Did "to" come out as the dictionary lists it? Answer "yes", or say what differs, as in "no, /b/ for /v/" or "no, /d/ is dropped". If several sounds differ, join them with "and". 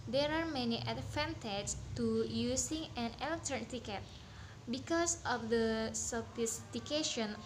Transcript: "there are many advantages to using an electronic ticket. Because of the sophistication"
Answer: yes